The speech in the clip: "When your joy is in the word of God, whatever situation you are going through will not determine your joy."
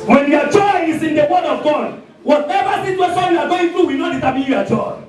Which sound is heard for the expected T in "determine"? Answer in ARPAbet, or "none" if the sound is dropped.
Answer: S